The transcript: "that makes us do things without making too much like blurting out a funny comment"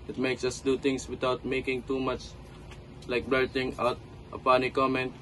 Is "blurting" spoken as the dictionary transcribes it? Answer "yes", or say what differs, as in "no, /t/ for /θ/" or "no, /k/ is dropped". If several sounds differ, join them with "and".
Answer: no, /l/ is dropped